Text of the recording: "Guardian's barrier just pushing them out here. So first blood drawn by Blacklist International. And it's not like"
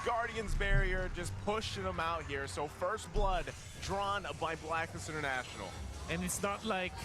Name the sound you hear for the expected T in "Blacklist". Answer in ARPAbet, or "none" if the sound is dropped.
none